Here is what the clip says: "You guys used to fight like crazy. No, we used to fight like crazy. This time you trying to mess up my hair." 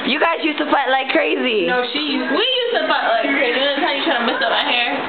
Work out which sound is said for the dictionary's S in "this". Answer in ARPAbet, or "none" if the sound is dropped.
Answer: none